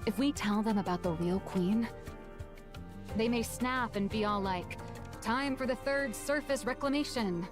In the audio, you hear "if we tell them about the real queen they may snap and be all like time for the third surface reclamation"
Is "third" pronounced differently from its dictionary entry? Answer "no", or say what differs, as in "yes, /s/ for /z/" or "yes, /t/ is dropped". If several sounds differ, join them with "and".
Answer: no